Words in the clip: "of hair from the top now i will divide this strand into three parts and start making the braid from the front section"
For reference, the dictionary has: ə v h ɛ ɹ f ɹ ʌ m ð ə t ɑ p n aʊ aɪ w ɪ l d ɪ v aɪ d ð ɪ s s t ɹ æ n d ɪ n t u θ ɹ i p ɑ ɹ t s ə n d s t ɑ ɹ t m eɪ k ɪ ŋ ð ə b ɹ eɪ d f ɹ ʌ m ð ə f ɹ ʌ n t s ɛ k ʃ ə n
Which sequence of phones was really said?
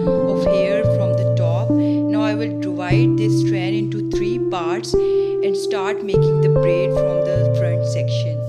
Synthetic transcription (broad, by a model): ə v h ɛ ɹ f ɹ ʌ m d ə t ɑ p n aʊ aɪ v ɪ l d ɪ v aɪ d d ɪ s s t ɹ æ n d ɪ n t u t ɹ i p ɑ ɹ t s ə n d s t ɑ ɹ t m eɪ k ɪ ŋ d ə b ɹ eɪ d f ɹ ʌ m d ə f ɹ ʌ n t s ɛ k ʃ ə n